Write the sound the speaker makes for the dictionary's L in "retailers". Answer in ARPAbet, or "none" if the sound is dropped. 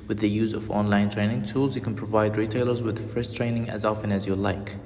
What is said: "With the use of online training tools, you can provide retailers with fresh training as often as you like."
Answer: L